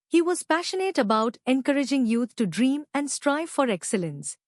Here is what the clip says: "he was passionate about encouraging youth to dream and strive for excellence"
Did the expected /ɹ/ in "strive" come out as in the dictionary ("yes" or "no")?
yes